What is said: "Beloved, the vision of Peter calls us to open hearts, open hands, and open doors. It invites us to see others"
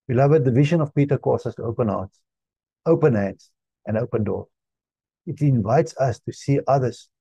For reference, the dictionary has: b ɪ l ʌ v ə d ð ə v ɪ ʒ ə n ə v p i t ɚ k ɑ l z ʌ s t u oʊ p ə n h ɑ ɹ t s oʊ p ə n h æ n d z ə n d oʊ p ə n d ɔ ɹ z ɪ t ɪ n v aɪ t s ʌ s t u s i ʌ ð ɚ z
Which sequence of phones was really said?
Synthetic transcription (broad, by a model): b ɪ l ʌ v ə d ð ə v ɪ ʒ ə n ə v p i t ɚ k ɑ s ʌ s t u oʊ p ə n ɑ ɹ t s oʊ p ə n h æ n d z ə n d oʊ p ə n d ɔ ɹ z ɪ t ɪ n v aɪ t s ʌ s t u s i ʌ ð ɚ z